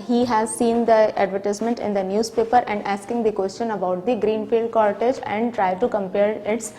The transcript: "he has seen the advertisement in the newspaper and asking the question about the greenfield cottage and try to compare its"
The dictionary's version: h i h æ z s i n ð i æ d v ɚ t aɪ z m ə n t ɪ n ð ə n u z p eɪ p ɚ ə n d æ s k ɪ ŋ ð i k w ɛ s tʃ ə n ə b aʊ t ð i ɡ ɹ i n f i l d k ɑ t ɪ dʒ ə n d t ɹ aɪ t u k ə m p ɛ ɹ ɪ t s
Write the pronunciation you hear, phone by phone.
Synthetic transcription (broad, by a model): h i h æ z s i n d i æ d v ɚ t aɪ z m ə n t ɪ n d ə n u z p eɪ p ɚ ə n d æ s k ɪ ŋ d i k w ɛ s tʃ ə n ə b aʊ t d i ɡ ɹ i n f i l d k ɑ t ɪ dʒ ə n d t ɹ aɪ t u k ə m p ɛ ɹ ɪ t s